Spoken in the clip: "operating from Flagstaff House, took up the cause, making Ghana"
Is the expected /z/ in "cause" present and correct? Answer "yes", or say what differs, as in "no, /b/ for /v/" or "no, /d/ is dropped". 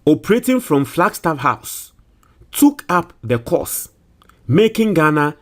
no, /s/ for /z/